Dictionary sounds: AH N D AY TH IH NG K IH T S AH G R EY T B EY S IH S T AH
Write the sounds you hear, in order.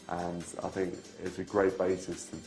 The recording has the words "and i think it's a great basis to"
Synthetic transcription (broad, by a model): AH N AY TH IH NG K IH T S AH G R EY T B EY S IH S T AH